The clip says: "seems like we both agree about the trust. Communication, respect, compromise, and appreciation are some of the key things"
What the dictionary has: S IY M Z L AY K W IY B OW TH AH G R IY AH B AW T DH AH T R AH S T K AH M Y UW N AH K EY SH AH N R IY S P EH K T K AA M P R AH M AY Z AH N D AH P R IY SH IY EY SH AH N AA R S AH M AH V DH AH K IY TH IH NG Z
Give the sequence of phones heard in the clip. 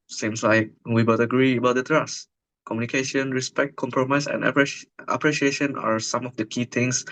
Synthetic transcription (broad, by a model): S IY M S L AY K W IY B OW T AH G R IY AH B AW T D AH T R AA S K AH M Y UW N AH K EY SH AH N R IY S P EH K T K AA M P R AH M AY S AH N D AH P R IY SH IY EY SH AH N AA R S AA M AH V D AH K IY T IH NG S